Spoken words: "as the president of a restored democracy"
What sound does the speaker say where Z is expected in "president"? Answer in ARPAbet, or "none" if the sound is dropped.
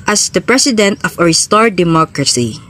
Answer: S